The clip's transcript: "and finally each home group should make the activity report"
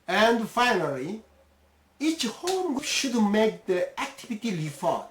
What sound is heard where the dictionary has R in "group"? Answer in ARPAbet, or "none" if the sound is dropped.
none